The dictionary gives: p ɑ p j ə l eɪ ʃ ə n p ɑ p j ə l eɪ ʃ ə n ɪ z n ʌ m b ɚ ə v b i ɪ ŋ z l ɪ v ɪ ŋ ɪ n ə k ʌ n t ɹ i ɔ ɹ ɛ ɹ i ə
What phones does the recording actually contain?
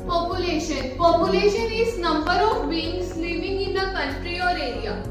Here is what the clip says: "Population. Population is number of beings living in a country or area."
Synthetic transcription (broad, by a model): p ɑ p j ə l eɪ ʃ ə n p ɑ p j ə l eɪ ʃ ə n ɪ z n ʌ m b ɚ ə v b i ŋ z l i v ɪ ŋ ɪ n ə k ʌ n t ɹ i ɔ ɹ ɛ ɹ i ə